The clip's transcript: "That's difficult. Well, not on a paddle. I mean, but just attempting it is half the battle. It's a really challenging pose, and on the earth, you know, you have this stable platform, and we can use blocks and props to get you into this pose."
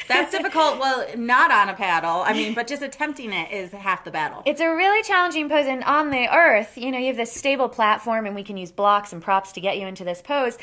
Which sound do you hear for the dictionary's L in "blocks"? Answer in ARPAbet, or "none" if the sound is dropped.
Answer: L